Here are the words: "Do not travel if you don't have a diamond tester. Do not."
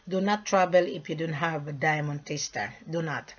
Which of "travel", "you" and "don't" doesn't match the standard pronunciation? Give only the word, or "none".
travel